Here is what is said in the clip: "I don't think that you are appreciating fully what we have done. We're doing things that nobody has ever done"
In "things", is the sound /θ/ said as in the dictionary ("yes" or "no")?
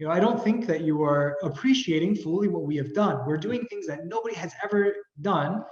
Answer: yes